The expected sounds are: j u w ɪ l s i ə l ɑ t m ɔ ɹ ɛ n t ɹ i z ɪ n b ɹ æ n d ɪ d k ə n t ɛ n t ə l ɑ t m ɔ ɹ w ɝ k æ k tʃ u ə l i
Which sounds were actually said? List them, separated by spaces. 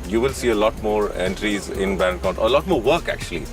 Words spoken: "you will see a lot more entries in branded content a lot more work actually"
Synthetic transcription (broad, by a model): j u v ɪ l s i ə l ɑ t m ɔ ɹ ɛ n t ɹ i z ɪ n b æ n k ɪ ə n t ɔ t ə l ɑ t m ɔ ɹ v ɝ k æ k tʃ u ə l i